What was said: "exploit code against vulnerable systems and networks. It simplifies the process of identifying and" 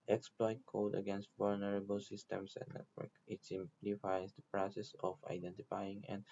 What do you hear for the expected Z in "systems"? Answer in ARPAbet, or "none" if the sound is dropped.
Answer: S